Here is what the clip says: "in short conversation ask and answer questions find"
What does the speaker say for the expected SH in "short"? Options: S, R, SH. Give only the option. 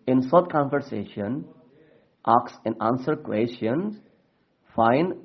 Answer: S